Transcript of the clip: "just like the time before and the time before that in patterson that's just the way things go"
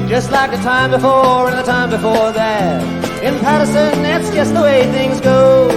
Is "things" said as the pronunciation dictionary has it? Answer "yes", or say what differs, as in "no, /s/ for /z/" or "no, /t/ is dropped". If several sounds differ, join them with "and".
yes